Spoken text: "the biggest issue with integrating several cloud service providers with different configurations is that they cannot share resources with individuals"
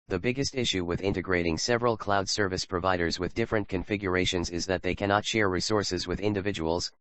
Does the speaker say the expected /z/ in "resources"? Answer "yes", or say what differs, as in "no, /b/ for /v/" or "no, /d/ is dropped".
yes